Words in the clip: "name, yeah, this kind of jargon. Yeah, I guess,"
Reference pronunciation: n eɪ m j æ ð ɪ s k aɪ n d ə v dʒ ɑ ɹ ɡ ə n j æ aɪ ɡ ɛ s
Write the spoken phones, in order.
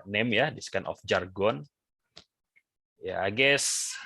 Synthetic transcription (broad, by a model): n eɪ m j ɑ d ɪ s k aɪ n ə f dʒ ɑ ɹ ɡ ə n j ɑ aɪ ɡ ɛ s